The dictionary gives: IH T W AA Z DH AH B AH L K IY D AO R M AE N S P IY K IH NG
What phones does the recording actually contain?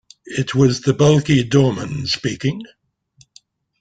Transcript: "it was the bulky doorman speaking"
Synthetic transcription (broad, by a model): IH T W AA Z DH AH B AH L K IY D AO M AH N S P IY K IH NG